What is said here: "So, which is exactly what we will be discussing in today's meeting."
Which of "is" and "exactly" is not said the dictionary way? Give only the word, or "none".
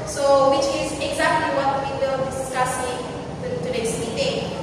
none